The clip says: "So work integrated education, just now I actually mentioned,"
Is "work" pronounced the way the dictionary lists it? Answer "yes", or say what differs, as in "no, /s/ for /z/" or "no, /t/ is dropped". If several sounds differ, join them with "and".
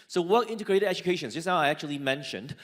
no, /k/ is dropped